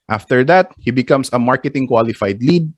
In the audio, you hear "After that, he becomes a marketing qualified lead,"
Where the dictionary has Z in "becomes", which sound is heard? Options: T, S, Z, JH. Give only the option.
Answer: S